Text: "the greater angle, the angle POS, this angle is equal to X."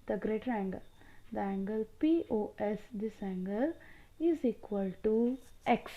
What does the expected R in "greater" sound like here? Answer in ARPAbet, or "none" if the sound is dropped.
R